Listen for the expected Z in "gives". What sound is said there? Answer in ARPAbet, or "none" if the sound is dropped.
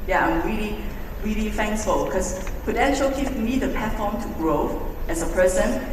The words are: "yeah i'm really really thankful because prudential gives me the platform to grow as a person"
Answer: none